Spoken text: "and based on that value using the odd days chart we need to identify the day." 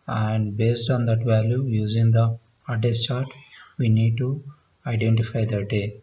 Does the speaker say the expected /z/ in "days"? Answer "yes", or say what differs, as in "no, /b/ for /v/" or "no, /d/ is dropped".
no, /s/ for /z/